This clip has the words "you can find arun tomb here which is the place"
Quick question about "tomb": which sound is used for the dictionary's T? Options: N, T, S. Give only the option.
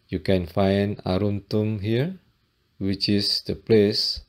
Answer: T